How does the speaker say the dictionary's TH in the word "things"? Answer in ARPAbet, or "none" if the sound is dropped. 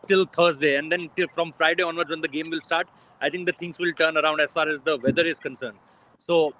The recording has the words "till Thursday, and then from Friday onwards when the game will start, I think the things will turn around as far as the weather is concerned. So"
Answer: T